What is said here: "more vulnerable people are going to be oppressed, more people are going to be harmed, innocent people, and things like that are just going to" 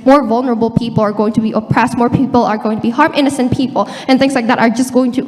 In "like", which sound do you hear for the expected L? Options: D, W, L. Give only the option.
L